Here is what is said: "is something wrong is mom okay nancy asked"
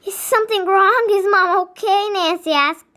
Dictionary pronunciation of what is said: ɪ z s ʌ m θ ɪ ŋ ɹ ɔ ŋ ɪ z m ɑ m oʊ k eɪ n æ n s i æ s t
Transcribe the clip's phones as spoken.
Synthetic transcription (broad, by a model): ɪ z s ʌ m θ ɪ ŋ ɹ ɔ ŋ ɪ z m ɑ m oʊ k eɪ n æ n s i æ s